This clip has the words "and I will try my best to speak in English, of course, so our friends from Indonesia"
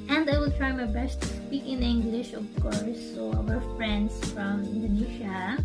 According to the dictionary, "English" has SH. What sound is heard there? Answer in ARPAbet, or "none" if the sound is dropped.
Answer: SH